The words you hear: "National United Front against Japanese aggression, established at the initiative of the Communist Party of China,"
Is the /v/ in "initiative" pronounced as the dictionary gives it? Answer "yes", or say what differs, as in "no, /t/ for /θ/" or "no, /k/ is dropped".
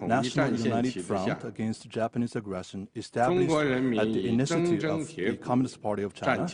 no, /v/ is dropped